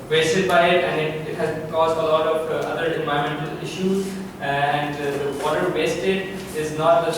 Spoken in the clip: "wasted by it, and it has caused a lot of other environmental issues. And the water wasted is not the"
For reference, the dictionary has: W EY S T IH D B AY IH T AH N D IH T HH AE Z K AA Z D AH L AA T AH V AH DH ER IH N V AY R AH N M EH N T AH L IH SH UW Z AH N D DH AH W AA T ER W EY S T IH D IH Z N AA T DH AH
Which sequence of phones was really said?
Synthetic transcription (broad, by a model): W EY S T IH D B AY IH T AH N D IH T HH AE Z K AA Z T AH L AA T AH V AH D ER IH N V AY AH M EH N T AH L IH SH UW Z AH N D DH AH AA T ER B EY S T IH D IH Z N AA T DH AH